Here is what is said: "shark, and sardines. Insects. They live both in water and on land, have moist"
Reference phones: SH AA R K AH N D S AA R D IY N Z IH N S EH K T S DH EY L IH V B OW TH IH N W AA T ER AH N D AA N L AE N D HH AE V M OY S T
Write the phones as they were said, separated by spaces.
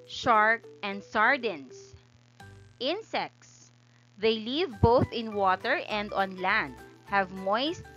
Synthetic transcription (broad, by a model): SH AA R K AH N D S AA R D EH N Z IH N S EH K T S DH EY L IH V B OW TH IH N W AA T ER AH N D AA N L AE N D HH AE V M OY S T